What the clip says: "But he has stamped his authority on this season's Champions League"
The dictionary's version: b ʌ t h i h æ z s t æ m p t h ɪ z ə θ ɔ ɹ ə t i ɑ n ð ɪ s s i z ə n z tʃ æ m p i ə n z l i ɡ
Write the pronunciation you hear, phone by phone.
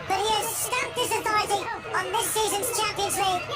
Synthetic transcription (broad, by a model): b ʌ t h i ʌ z s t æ p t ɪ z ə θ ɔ ə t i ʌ n ð ɪ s s i z ə n z tʃ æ m p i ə n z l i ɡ